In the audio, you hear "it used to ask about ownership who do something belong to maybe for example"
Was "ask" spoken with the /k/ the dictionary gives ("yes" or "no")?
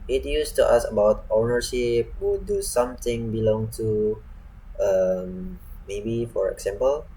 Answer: no